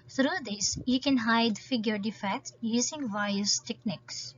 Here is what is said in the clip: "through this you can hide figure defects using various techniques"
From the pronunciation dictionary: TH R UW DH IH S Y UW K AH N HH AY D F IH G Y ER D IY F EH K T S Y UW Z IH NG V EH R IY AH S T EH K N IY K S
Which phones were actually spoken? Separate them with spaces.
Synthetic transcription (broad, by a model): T R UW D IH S Y UW K AH N HH AY D F IH G Y ER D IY F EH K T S Y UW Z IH NG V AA IY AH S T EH K N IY K S